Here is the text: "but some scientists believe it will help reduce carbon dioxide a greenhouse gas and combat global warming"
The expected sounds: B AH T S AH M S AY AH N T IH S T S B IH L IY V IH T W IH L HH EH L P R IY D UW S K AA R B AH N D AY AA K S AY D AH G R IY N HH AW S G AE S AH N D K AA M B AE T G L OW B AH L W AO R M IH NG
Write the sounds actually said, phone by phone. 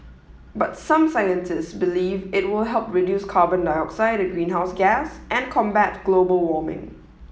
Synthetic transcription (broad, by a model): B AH T S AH M S AY AH N T IH S T S B IH L IY V IH T W IH L HH EH L P R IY D UW S K AA B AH N D AY AA K S AY D AH G R IY N HH AW S G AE S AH N K AA M B AE T G L OW B AH L W AO M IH NG